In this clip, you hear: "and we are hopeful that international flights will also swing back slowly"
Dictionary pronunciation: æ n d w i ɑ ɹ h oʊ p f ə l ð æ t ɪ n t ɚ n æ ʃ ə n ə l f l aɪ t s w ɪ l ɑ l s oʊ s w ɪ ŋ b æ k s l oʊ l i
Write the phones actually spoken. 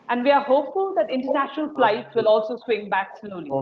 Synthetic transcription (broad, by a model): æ n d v i ɑ ɹ h oʊ p f ə l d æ t ɪ n t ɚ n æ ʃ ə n ə l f l aɪ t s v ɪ l ɑ l s oʊ s w ɪ ŋ b æ k s l oʊ l i